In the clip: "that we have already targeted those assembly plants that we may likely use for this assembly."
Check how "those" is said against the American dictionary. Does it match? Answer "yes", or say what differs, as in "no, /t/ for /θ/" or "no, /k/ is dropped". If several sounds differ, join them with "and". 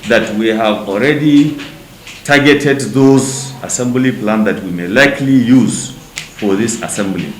yes